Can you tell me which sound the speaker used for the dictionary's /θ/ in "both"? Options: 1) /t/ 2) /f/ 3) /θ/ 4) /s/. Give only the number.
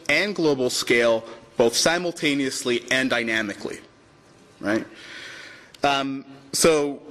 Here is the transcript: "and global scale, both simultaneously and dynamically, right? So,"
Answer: 3